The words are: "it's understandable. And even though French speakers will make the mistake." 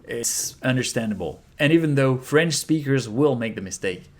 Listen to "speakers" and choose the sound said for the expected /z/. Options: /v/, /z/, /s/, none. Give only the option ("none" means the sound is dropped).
/z/